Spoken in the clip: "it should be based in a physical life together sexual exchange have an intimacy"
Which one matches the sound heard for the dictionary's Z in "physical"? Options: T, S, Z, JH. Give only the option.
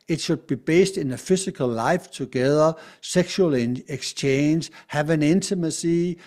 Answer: S